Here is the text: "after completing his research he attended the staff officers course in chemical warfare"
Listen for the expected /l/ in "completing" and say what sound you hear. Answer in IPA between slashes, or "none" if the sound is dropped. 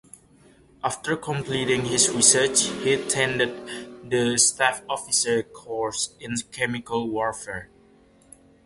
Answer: /l/